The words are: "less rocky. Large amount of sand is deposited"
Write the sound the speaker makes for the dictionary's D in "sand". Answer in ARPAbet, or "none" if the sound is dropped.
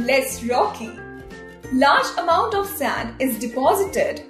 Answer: D